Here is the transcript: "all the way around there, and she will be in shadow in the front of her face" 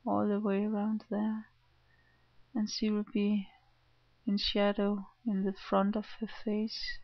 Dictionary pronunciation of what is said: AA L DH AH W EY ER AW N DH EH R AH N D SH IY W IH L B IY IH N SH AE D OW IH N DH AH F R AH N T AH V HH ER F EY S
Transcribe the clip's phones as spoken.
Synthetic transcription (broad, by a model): AA L DH AH W EY ER AW N DH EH R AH N SH IY W IH L B IY IH N SH AE D OW IH N DH AH F R AH N T AH V HH ER F EY S